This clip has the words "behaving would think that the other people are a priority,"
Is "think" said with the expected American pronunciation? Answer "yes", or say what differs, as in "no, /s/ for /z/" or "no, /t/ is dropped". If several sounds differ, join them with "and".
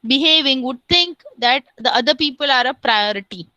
no, /t/ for /θ/